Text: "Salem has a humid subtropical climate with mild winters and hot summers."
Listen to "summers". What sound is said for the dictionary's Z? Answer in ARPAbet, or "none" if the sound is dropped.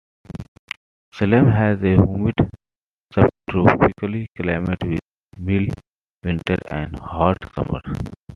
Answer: none